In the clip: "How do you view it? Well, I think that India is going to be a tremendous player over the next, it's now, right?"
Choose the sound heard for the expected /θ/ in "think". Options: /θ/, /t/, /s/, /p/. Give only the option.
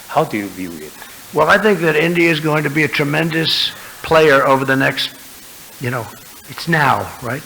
/θ/